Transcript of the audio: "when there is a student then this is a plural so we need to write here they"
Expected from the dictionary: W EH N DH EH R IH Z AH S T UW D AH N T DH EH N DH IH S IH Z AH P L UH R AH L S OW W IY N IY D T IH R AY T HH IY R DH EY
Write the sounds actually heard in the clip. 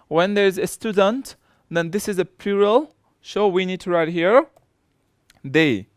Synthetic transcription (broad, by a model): W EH N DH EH R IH Z AH S T UW D AH N T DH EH N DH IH S IH Z AH P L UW R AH L SH OW W IY N IY D T IH R AY T HH IY R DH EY